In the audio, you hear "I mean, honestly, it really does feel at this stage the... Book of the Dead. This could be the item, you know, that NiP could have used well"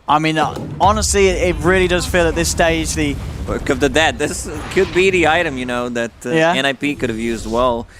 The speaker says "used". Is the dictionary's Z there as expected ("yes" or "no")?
yes